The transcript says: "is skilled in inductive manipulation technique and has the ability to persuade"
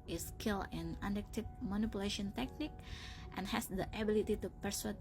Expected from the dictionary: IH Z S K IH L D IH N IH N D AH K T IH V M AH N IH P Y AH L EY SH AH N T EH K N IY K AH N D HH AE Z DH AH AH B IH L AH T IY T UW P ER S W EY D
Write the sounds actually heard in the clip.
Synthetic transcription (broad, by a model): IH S K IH L IH N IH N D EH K T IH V M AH N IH P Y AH L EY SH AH N T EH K N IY K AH N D HH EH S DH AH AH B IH L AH T IY T UW P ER S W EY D